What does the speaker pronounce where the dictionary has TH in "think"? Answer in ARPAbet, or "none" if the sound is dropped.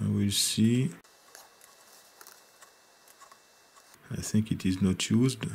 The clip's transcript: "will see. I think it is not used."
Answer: TH